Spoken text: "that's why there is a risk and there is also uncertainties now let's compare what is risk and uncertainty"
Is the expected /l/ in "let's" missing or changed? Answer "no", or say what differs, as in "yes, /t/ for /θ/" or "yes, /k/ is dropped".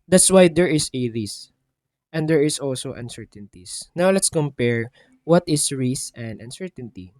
no